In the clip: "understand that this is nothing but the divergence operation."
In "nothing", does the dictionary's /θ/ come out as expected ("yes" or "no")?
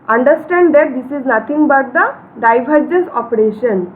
no